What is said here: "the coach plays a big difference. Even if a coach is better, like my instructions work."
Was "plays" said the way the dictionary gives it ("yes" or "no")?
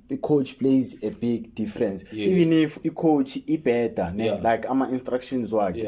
yes